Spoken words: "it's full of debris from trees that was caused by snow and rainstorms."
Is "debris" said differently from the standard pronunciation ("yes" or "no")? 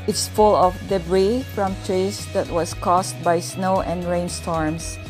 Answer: no